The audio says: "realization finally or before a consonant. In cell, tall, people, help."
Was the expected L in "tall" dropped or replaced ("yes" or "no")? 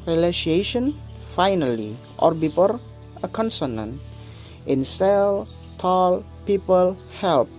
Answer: no